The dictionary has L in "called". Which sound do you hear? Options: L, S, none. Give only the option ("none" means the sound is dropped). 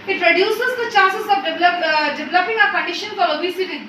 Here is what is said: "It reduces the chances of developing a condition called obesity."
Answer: none